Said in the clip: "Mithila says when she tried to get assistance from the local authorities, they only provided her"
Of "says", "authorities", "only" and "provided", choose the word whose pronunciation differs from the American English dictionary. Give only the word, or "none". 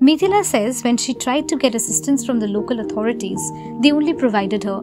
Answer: authorities